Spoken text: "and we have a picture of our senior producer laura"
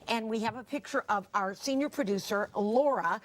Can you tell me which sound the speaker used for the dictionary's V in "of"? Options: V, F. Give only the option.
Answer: V